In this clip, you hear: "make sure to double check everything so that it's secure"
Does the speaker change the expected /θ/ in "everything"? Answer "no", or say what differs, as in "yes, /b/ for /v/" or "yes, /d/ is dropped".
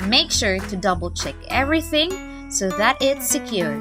no